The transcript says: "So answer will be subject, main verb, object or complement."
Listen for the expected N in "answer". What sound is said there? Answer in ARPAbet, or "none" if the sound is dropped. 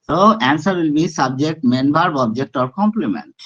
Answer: N